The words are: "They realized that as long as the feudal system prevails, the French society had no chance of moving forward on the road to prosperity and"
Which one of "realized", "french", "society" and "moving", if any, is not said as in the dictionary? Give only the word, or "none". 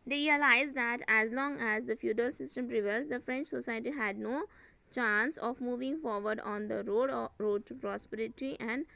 none